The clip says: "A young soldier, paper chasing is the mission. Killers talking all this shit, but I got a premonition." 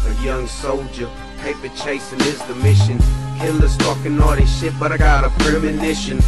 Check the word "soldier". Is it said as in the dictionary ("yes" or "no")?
yes